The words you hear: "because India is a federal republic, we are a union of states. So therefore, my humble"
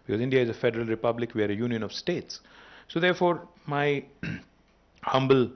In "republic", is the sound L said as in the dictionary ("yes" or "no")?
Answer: yes